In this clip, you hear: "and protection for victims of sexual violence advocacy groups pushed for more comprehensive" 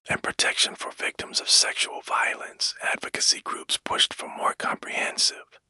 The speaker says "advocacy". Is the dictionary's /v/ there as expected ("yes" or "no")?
yes